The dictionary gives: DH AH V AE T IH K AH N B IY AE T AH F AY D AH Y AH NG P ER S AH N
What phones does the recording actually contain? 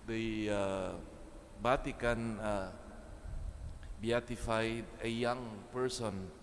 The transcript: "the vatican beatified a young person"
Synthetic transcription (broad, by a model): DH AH B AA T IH K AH N B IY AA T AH F AY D AH Y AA NG P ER S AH N